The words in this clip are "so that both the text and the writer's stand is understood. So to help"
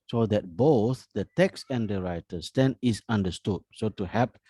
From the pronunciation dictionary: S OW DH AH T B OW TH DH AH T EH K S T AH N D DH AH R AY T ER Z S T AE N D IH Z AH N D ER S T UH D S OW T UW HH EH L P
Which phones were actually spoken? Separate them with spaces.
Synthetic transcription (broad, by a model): S OW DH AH T B OW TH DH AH T EH K S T AH N D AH R AY T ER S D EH N IH S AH N D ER S T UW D S OW T UW HH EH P